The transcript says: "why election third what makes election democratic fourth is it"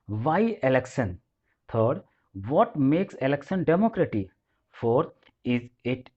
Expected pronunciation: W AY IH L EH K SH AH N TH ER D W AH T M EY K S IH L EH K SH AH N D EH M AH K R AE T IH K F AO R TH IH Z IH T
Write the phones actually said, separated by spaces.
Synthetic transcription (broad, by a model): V AY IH L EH K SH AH N T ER D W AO T M EY K S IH L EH K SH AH N D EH M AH K R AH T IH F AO R T IH Z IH T